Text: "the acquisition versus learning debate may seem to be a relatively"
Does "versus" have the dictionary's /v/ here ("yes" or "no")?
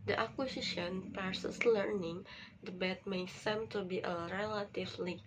no